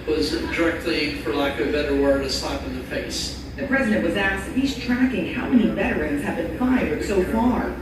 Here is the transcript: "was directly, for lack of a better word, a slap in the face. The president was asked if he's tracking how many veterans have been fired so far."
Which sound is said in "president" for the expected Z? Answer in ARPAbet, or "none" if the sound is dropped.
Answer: Z